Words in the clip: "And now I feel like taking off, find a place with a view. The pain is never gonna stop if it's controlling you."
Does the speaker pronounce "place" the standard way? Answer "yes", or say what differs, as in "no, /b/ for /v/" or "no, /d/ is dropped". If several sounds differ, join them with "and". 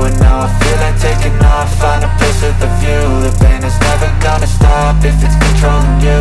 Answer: no, /l/ is dropped